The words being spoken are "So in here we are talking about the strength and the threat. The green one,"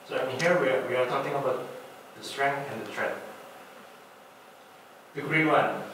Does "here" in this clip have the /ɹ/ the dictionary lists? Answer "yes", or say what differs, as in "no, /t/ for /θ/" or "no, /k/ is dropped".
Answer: no, /w/ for /ɹ/